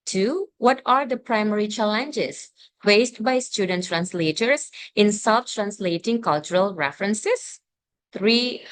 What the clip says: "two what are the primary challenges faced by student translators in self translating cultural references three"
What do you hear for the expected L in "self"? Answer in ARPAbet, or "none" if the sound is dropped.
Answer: none